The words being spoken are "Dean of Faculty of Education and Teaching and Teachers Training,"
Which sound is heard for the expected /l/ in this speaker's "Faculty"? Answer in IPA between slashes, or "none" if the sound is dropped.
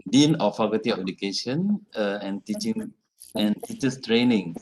none